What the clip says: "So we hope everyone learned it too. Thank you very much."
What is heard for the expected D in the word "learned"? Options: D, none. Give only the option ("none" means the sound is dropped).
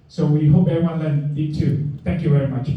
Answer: none